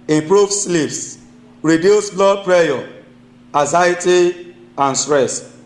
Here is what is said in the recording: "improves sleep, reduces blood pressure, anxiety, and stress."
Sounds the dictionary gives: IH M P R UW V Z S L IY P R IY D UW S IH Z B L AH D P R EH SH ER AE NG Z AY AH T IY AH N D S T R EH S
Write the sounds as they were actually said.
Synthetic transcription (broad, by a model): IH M P R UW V S L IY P R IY D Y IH S B L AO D P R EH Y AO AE Z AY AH T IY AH N S T R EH S